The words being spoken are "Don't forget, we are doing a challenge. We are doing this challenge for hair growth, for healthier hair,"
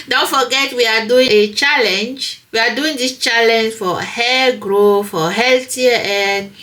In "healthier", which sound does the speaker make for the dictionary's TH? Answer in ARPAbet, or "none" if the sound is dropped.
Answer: T